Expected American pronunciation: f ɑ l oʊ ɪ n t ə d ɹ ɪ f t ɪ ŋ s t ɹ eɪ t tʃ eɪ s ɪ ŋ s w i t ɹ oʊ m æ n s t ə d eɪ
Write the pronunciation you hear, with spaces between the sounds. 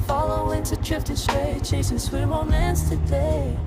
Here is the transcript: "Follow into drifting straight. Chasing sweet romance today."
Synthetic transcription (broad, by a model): f ɑ l oʊ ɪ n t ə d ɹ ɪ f t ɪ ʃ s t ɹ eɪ tʃ eɪ s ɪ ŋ s w i t w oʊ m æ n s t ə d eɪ